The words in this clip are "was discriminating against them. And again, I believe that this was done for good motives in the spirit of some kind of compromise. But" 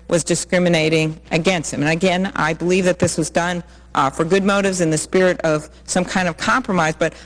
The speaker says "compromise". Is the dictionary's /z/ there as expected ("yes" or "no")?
yes